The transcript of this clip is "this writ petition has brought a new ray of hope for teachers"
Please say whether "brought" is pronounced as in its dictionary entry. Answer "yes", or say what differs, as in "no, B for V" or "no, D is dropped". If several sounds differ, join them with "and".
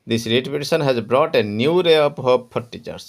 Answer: yes